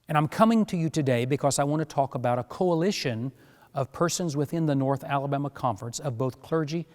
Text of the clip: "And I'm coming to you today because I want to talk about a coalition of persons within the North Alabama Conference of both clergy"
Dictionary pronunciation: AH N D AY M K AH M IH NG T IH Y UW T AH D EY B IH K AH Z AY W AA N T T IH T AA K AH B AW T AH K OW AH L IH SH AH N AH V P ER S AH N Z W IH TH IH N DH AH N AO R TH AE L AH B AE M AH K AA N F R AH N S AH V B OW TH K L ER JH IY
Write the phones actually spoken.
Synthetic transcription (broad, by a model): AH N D AY M K AH M IH NG T IH Y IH T AH D EY B IH K AH Z AY W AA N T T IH T AA K AH B AW T AH K OW AH L IH SH AH N AH V P ER S AH N Z W IH TH IH N DH AH N AO R TH AE L AH B AE M AH K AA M F R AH N S AH V B OW TH K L ER JH IY